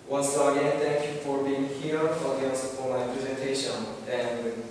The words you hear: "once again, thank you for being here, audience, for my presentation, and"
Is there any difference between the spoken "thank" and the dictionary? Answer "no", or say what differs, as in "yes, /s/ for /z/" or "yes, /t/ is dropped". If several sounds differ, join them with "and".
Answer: yes, /ŋ/ is dropped